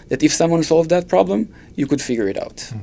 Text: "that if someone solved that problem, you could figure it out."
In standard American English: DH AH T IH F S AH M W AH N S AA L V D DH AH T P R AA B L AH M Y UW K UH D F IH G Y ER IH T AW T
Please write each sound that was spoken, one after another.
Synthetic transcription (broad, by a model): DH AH T IH F S AH M W AH N S AA L V D DH AH T P R AA B L AH M Y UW K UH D F IH G Y ER IH T AW T